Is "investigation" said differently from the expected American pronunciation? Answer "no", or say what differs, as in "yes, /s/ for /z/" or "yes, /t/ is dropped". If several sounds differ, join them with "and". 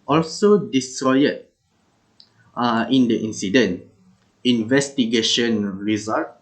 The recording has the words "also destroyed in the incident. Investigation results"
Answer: no